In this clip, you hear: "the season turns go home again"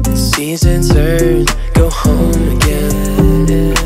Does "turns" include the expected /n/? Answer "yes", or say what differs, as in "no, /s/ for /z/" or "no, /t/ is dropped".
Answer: no, /n/ is dropped